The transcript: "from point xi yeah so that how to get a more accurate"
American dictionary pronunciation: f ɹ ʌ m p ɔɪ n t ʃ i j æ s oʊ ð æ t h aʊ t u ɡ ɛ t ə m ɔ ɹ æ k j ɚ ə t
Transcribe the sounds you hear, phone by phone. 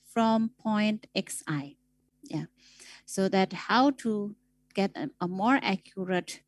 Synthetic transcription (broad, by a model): f ɹ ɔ m p ɔɪ n t s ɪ j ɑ s oʊ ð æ t h aʊ t u ɡ ɛ t ə m ɔ ɹ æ k j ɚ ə t